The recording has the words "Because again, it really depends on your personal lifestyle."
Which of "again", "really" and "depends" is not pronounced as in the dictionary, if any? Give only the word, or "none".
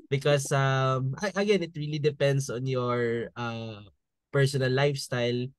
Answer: depends